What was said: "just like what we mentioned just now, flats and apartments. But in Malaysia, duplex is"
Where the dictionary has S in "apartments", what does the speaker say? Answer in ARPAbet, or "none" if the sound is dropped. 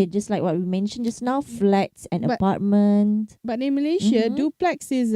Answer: none